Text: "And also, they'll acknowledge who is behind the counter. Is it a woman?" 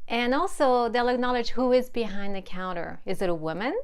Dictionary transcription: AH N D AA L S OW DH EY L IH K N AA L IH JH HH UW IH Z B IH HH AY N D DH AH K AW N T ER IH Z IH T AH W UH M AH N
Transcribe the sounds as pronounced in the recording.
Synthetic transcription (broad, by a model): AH N AA L S OW DH EY L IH K N AA L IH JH HH UW IH Z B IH HH AY N DH AH K AW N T ER IH Z IH T AH W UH M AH N